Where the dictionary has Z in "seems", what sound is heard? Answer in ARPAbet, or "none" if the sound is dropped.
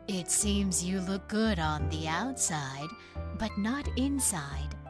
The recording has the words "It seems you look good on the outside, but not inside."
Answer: Z